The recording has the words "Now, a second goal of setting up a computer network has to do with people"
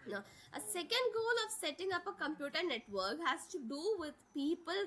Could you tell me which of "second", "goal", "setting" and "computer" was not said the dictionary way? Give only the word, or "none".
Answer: none